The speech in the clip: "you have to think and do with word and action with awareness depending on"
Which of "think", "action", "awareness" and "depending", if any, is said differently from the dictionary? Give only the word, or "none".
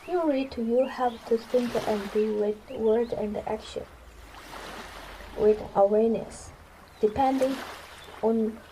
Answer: think